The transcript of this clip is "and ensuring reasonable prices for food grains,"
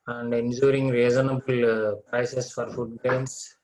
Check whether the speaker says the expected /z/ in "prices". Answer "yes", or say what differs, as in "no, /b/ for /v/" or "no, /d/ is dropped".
no, /s/ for /z/